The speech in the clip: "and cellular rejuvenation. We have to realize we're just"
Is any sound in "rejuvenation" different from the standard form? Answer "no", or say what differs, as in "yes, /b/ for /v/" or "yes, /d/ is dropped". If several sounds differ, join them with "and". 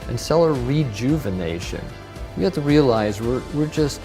no